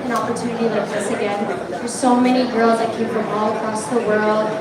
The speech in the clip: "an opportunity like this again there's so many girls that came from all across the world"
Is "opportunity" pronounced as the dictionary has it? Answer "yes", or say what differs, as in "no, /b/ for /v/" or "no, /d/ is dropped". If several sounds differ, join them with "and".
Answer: yes